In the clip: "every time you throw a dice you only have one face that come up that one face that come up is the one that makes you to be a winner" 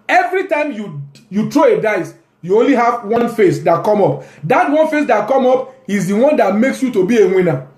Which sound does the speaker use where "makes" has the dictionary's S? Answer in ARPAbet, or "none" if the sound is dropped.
S